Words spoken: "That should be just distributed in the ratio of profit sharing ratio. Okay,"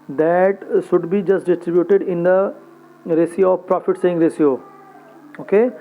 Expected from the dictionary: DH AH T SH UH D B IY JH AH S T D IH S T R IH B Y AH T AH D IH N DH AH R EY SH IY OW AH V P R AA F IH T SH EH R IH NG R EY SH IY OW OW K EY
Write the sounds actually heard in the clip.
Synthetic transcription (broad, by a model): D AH T SH UH D B IY JH AH S T D IH S T R IH B Y AH T AH D IH N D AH R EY S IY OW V P R AA F IH T S EH IH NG R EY S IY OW OW K EY